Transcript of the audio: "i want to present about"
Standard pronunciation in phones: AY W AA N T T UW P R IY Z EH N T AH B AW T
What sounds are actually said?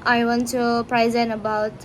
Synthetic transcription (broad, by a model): AY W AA N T T UW P R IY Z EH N AH B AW T